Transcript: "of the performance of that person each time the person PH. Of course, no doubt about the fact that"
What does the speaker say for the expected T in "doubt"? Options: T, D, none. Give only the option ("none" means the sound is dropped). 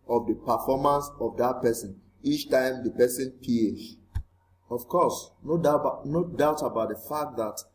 T